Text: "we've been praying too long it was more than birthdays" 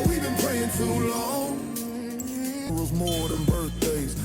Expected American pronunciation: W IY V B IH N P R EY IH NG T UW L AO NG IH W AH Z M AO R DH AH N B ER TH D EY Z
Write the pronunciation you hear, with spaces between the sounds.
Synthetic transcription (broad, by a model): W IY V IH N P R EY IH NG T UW L AO NG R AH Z M AO R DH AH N B ER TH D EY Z